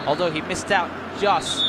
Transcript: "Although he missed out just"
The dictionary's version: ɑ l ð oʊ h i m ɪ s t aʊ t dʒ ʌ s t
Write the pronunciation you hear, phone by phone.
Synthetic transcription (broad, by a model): ɑ l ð oʊ h i m ɪ s t aʊ t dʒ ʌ s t